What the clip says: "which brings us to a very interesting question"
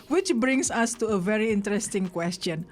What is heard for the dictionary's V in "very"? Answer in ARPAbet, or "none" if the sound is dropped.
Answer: V